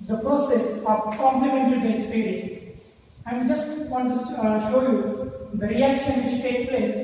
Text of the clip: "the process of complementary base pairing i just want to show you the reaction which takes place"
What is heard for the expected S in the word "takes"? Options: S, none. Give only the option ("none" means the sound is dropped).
none